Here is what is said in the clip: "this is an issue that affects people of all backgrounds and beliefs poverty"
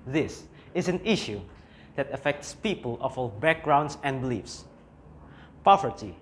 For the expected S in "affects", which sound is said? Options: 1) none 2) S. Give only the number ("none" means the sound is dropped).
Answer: 2